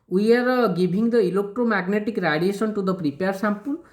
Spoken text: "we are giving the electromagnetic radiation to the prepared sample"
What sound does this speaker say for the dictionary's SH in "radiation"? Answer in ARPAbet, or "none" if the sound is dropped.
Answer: S